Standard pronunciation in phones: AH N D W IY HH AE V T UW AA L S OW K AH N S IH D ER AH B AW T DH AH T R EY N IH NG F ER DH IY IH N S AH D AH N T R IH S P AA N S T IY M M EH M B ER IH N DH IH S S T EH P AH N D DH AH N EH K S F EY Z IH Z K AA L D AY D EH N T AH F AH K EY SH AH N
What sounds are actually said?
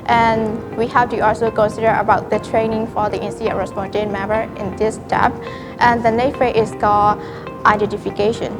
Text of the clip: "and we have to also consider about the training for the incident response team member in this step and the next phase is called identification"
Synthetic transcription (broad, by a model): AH N W IY HH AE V T UW AA L S OW K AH N S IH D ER AH B AW T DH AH T R EY N IH NG F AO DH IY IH N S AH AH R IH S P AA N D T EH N M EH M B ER IH N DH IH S S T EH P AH N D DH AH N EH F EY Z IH S K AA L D AY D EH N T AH F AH K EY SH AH N